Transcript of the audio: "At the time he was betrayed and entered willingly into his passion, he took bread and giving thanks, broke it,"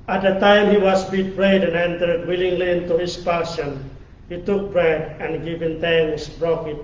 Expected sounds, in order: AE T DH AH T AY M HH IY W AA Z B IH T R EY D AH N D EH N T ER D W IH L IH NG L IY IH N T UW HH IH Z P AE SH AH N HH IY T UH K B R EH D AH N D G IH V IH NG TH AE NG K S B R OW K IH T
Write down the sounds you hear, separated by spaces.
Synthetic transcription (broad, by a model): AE T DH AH T AY M HH IY W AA S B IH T R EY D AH N EH N T ER D W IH L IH NG L IY IH N T UW HH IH S P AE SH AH N HH IY T UH K B R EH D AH N G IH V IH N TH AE NG S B R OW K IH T